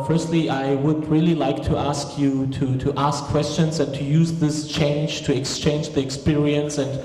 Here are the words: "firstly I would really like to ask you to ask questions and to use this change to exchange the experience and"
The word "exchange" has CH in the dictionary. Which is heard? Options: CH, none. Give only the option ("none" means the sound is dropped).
CH